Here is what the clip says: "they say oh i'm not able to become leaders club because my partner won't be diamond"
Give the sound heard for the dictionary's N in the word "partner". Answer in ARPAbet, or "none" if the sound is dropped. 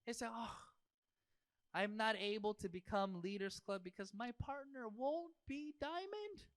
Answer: N